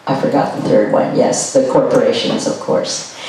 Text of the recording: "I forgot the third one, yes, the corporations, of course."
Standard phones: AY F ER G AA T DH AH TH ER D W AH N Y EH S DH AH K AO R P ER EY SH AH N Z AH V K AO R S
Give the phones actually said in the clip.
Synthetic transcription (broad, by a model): AY F ER G AA T DH AH TH ER D W AH N Y EH S DH AH K AO R P ER EY SH AH N Z AH V K AO R S